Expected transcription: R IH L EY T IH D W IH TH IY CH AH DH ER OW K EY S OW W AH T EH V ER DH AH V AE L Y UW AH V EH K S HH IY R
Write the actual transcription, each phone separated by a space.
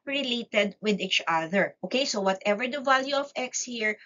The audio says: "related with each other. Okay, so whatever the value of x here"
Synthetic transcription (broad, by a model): R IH L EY T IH D W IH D IY CH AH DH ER OW K EY S OW W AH T EH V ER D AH V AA L Y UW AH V EH K S HH IY R